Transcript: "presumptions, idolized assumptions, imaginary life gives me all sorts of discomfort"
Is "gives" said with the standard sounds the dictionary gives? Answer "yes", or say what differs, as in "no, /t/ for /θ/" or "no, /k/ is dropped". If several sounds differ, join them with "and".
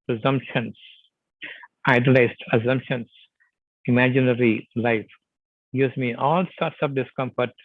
no, /v/ is dropped